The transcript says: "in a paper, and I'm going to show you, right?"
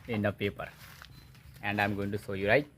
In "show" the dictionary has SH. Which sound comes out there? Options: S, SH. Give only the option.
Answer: S